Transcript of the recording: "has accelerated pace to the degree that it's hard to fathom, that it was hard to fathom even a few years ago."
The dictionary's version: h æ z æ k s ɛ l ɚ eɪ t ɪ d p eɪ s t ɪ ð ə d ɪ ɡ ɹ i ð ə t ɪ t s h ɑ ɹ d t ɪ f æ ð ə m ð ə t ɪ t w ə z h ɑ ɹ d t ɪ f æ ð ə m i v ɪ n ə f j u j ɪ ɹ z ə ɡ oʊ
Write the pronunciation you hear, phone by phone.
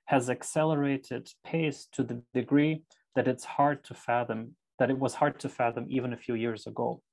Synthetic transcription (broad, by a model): h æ z æ k s ɛ l ɚ eɪ t ɪ d p eɪ s t ɪ ð ə d ɪ ɡ ɹ i ð ə t ɪ t s h ɑ ɹ d t ɪ f æ ð ə m ð ə t ɪ t w ə z h ɑ ɹ d t ɪ f æ ð ə m i v ɪ n ə f j u j ɪ ɹ z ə ɡ oʊ